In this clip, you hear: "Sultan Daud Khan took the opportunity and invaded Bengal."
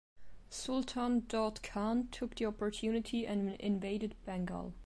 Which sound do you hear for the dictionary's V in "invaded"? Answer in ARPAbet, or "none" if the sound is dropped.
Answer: V